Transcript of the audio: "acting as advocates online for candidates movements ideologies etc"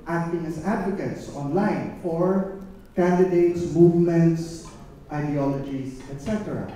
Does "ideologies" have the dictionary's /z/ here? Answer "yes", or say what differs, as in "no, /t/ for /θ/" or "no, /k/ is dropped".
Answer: no, /s/ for /z/